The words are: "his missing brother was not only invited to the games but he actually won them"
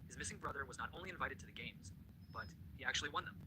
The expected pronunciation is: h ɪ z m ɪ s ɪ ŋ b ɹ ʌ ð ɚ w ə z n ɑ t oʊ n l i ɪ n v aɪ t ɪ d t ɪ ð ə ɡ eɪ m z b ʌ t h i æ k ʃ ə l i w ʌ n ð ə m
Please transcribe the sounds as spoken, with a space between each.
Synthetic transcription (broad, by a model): h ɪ z m ɪ s ɪ ŋ b ɹ ʌ ð ɚ w ə z n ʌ t oʊ n l i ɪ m v aɪ t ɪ d t ɪ ð ə ɡ eɪ m z b ʌ t h i æ k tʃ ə l i w ʌ n ð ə m